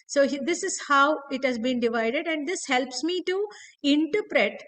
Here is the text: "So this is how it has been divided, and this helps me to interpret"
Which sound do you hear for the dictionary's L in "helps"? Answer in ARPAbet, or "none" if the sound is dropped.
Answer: L